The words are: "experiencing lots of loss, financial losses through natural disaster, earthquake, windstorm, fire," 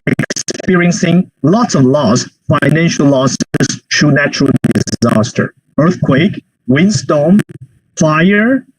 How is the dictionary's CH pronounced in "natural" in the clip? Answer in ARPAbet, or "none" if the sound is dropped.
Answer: CH